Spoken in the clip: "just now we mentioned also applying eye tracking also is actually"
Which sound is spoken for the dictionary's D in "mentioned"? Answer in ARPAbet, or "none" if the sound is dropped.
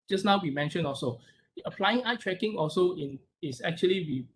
none